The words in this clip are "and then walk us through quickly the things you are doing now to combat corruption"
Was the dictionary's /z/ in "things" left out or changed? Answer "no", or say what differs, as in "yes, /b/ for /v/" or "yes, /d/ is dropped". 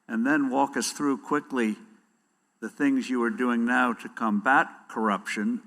no